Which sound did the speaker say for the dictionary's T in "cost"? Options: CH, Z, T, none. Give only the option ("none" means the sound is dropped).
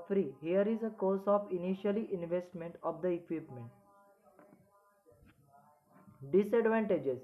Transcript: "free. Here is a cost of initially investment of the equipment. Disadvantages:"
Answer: none